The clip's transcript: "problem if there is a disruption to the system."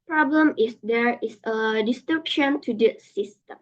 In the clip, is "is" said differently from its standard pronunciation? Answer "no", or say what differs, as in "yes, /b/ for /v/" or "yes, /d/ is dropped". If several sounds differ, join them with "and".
yes, /s/ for /z/